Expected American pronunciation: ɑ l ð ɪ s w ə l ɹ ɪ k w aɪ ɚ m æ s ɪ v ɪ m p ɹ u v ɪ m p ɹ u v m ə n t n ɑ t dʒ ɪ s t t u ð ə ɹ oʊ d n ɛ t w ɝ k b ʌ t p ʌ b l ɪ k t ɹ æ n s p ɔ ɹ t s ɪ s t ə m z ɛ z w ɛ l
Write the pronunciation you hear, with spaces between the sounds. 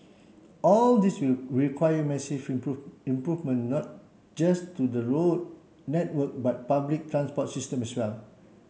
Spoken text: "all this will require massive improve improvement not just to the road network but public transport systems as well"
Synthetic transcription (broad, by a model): ɑ l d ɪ s w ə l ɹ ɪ k w aɪ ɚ m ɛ s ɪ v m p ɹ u ɪ m p ɹ u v m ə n n ɑ t dʒ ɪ s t t u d ə ɹ oʊ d n ɛ t w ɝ k b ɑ t p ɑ b l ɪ k t ɹ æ n s p ɔ t s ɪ s t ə m ɛ s w ɛ l